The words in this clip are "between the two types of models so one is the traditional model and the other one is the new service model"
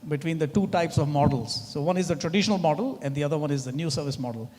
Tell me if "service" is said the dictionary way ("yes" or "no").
yes